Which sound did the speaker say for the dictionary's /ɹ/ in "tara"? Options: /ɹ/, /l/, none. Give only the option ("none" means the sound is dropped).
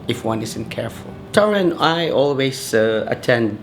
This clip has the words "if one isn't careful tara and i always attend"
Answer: /ɹ/